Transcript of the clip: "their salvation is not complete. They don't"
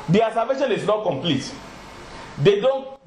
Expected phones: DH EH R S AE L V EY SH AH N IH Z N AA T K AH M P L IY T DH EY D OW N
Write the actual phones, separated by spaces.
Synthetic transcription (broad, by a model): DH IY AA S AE V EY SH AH N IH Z N AA T K AH M P L IY T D EY D OW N